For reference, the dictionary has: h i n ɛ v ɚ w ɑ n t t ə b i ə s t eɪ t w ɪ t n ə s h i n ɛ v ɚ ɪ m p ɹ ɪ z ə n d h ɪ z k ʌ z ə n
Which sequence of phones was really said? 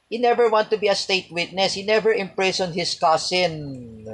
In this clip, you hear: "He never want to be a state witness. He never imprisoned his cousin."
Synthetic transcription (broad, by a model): h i n ɛ v ɚ w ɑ n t t ə b i ə s t eɪ t w ɪ t n ə s h i n ɛ v ɚ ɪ m p ɹ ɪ s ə n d h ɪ s k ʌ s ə n